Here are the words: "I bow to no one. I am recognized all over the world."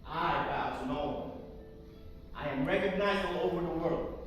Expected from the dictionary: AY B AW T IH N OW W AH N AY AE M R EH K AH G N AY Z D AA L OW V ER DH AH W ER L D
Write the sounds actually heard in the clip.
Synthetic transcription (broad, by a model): AY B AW S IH N OW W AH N AY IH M R EH K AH G N AY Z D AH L OW V ER DH AH W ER L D